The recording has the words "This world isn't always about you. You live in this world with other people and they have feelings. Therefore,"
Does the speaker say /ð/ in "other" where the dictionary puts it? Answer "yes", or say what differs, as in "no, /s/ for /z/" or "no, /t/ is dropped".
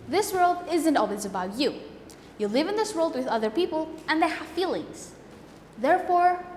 yes